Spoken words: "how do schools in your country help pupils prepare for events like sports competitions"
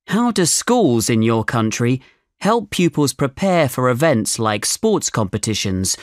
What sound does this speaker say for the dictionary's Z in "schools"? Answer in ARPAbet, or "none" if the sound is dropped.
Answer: Z